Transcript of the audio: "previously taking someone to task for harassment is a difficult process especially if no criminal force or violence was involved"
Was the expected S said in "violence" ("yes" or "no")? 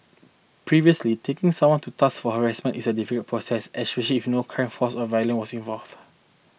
no